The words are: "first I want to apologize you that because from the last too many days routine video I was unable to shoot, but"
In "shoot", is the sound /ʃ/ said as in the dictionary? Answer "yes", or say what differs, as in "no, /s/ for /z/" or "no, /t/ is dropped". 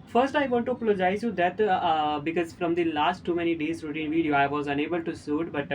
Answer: no, /s/ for /ʃ/